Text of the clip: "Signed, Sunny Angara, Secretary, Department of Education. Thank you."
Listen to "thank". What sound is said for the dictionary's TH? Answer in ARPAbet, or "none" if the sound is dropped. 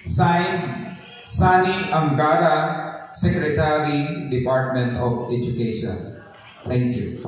T